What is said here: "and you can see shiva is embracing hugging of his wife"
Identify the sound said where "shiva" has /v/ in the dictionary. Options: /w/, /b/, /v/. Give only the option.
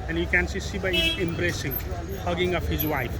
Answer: /b/